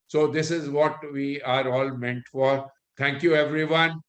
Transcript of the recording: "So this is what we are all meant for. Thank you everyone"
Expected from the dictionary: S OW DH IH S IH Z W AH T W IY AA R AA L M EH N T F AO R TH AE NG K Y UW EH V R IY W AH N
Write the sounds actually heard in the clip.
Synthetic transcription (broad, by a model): S OW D IH S IH Z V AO T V IY AA R AA L M EH N T F AO R T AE NG K Y UW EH V R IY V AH N